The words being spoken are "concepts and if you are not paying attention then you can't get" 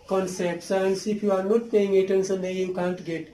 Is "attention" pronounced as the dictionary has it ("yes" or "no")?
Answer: no